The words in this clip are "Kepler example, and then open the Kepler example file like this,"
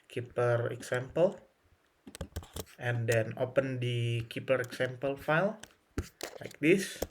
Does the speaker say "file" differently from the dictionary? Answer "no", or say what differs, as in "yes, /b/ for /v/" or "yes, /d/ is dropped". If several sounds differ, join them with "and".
no